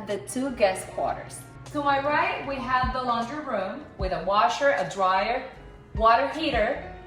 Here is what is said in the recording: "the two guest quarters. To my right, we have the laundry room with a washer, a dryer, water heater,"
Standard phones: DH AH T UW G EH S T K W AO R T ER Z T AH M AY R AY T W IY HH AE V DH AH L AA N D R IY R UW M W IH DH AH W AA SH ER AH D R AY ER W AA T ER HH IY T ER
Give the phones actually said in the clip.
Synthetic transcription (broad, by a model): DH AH T UW G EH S K W AO R T ER Z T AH M AY R AY T W IY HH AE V DH AH L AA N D R R UW M W IH DH AH W AA SH ER AH D R AY ER W AA T ER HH IY T ER